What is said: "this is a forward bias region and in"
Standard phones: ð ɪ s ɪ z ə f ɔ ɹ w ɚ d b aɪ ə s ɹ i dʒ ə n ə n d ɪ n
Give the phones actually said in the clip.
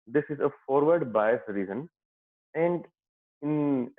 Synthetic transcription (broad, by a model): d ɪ s ɪ z ə f ɔ ɹ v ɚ d b aɪ ə s ɹ i z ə n ə n d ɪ n